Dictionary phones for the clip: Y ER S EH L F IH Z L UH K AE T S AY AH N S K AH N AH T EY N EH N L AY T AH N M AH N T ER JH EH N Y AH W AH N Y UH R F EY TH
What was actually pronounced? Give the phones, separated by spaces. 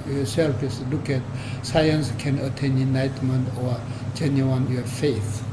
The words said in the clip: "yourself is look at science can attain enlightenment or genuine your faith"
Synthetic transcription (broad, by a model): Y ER S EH L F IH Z L UH K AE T S AY AH N S K AH N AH T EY N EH N AY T M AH N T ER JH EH N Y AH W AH N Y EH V F EY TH